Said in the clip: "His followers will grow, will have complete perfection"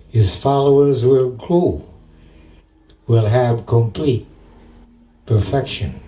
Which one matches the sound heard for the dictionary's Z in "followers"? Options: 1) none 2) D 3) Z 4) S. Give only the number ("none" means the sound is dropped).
3